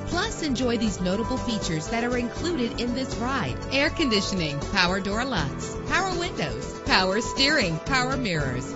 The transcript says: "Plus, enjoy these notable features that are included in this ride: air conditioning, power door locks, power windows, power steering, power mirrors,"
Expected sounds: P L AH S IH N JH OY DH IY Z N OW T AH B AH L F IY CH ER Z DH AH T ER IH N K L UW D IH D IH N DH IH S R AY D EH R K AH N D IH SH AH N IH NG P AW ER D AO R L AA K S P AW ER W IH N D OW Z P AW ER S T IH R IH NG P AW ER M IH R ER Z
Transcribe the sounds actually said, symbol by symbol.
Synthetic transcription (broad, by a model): P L AH S IH N JH OY DH IY Z N OW T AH B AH L F IY CH ER Z DH AH T ER IH N K L UW D IH D IH N DH IH S R AY D EH R K AH N D IH SH AH N IH NG P AW ER D AO R L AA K S P AW ER W IH N D OW Z P AW ER S T IH R IH NG P AW ER M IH R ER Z